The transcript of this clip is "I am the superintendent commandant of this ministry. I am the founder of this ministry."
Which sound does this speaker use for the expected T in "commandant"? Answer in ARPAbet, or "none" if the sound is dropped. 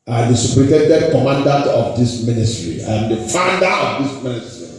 T